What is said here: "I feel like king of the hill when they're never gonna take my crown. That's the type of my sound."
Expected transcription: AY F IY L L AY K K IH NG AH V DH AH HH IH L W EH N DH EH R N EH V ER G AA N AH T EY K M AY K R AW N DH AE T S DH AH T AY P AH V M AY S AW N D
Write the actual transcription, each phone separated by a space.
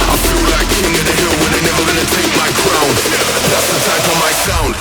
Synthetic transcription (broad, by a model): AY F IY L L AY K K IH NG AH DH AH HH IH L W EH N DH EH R N EH V ER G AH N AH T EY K M AY K R AW N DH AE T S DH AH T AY F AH M AY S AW N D